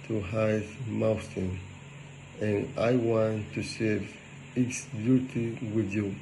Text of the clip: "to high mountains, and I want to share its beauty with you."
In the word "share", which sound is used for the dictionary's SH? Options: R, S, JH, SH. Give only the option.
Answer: S